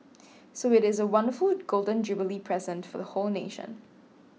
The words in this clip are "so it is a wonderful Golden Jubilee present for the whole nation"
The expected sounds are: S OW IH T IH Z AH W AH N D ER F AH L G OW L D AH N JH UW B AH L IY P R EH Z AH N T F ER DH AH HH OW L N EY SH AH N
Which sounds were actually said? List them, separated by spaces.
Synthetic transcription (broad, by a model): S OW IH T IH Z AH W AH N D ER F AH L G OW L D AH N JH UW B AH L IY P R EH Z AH N T F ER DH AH HH OW L N EY SH AH N